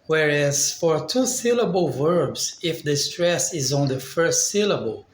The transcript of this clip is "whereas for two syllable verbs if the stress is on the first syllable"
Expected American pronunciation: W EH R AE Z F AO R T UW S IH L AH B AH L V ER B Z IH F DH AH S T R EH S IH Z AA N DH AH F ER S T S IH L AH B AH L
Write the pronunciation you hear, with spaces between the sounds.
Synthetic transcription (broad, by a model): W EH R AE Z F AO R T UW S IH L AH B AH L V ER B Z IH F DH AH S T R EH S IH Z AA N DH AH F ER S T S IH L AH B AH L